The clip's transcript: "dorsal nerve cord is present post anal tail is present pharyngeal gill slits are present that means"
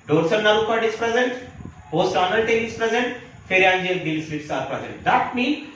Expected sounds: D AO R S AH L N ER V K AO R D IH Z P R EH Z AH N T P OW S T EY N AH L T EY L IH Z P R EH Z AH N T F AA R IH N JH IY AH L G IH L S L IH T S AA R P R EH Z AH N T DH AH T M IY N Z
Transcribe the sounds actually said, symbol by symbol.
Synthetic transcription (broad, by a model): D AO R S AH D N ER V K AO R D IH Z P R EH Z AH N T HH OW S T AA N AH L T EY N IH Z P R EH Z AH N T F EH R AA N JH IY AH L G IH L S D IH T S AA R P R EH Z AH N T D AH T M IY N